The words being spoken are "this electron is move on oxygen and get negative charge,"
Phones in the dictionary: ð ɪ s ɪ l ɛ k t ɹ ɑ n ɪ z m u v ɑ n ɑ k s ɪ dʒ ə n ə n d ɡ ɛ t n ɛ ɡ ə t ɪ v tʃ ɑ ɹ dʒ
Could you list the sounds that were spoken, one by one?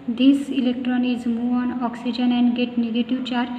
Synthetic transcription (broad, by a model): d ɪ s ɪ l ɛ k t ɹ ɑ n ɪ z m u ɑ n ɑ k s ɪ dʒ ə n ə n d ɡ ɛ t n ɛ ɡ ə t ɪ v tʃ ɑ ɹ